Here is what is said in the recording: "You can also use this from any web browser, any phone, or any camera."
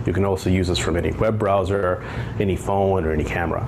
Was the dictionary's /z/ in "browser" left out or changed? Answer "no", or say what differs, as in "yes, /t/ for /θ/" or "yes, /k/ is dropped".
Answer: no